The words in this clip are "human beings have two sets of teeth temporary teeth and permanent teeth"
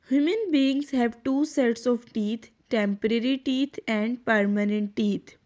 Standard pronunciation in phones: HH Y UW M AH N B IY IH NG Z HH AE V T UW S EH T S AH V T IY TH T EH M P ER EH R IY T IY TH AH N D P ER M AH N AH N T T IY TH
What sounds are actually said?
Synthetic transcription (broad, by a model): HH Y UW M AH N B IY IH NG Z HH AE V T UW S EH T S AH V T IY T T EH M P ER EH R IY T IY T AH N D P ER M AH N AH N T T IY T